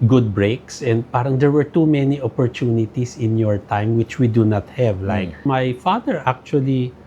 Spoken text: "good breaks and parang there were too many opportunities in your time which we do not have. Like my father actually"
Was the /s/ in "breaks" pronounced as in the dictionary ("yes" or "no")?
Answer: yes